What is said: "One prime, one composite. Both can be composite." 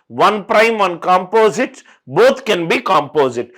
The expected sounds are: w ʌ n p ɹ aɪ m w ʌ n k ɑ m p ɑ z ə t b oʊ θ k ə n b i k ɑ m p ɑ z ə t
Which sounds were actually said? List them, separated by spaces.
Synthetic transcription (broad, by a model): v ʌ n p ɹ aɪ m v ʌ n k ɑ m p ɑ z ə t b oʊ t k ə n b i k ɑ m p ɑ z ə t